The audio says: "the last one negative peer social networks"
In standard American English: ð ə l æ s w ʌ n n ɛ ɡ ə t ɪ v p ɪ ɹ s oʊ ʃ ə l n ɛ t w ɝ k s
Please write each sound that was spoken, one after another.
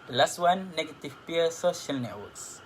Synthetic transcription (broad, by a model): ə l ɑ s w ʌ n n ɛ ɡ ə t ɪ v p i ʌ s oʊ ʃ ə l n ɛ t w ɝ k s